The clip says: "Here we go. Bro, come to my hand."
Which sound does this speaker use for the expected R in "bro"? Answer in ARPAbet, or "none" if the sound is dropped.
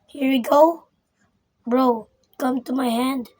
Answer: R